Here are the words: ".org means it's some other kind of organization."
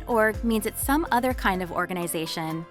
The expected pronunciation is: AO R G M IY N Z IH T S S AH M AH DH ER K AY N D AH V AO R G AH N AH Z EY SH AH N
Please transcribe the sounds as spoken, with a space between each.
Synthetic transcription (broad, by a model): AO R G M IY N Z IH T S S AH M AH DH ER K AY N D AH V AO R G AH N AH Z EY SH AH N